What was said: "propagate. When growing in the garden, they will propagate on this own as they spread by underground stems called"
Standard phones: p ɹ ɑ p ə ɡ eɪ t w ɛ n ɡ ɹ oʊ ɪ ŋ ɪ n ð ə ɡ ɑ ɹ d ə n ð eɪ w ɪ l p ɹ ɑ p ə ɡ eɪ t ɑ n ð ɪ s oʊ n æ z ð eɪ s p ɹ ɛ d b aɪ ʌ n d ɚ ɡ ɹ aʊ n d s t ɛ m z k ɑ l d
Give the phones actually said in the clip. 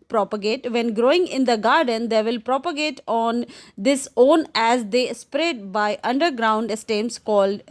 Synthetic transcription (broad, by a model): p ɹ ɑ p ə ɡ eɪ t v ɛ n ɡ ɹ oʊ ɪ ŋ ɪ n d ə ɡ ɑ ɹ d ə n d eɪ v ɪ l p ɹ ɑ p ə ɡ eɪ t ɑ n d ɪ s oʊ n æ z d eɪ s p ɹ ɛ d b aɪ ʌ n d ɚ ɡ ɹ aʊ n d s t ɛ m s k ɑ l d